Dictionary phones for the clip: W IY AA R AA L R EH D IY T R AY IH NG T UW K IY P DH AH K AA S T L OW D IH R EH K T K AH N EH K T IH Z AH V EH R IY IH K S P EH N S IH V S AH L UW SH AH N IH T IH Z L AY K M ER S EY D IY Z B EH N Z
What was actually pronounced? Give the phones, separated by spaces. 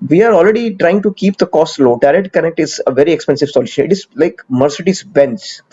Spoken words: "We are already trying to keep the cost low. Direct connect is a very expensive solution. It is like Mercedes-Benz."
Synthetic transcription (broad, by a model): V IY AA R AA L R EH D IY T R AY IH NG T UW K IY P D AH K AA S T L OW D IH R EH T K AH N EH T IH Z AH V EH R IY IH K S P EH N S IH V S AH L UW SH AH N IH T IH Z L AY K M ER S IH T IY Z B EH N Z